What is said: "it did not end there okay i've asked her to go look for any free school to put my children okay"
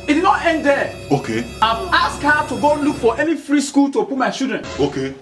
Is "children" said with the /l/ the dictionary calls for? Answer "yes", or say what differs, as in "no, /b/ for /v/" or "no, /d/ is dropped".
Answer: no, /l/ is dropped